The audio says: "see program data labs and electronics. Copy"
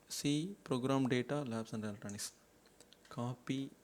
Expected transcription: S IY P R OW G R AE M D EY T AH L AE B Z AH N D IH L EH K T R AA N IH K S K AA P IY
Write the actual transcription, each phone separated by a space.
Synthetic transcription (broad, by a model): S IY P R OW G R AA M D EY T AH L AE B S AH N D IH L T AA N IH S K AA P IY